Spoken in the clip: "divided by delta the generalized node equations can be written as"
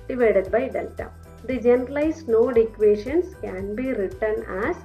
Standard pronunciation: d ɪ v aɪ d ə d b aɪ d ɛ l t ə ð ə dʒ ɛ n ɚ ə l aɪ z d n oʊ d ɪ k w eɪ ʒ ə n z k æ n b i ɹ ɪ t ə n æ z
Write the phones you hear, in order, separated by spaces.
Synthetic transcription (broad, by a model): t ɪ v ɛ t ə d b aɪ d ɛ n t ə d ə dʒ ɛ n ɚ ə l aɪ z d n oʊ d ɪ k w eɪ ʃ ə n s k æ n b i ɹ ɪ t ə n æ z